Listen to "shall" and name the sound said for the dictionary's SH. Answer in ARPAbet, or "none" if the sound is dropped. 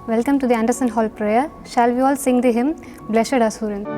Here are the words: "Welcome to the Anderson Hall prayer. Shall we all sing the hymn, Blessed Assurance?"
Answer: SH